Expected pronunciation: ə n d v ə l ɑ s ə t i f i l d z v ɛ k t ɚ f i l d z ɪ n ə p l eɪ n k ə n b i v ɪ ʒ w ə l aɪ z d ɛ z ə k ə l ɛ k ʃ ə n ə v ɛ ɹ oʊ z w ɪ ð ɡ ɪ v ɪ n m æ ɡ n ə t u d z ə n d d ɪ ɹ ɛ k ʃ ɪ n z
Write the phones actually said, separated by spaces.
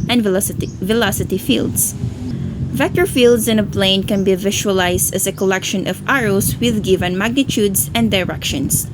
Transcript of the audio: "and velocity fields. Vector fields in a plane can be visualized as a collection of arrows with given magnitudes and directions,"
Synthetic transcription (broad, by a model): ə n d v ə l ɑ s ə t i f i l d s v ɛ k t ɚ f i l d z ɪ n ə p l eɪ n k ə n b i v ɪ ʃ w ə l aɪ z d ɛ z ə k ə l ɛ k ʃ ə n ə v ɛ ɹ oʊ s w ɪ ð ɡ ɪ v ɪ n m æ ɡ n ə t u d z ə n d d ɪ ɹ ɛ k ʃ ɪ n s